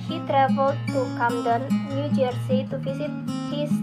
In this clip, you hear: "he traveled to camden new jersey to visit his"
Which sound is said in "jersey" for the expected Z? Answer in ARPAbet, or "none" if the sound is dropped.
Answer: S